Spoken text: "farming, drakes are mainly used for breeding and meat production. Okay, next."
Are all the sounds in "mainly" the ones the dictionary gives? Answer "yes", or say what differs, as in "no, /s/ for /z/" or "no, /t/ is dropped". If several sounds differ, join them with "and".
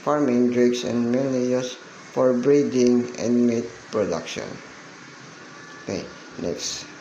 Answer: no, /n/ is dropped